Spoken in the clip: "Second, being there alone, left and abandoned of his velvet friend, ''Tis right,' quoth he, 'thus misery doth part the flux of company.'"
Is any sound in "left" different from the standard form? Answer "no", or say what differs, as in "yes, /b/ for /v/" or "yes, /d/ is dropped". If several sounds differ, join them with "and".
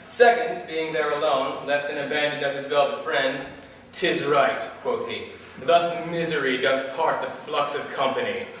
no